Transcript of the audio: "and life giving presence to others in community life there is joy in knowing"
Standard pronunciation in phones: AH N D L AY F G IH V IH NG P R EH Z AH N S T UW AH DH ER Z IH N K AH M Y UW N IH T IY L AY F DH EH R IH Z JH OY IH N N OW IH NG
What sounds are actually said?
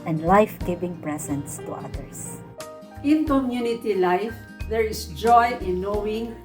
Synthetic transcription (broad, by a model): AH N D L AY F G IH V IH NG P R EH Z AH N S T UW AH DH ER S IH N K AH M Y UW N IH T IY L AY F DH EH R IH S JH OY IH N N OW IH NG